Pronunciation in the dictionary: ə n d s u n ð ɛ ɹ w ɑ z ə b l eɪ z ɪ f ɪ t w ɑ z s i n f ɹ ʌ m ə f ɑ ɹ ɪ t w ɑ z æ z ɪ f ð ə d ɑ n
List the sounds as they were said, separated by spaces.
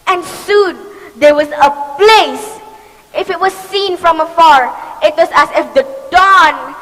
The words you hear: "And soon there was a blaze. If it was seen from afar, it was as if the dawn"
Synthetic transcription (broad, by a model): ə n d s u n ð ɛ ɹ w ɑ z ə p l eɪ s ɪ f ɪ t w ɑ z s i n f ɹ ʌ m ə f ɑ ɹ ɪ t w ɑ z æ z ɪ f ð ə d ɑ n